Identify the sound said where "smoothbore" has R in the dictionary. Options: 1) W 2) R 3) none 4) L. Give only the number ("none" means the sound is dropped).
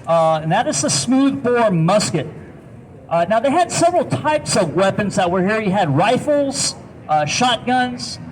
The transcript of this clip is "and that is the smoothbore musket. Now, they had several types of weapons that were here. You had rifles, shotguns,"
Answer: 2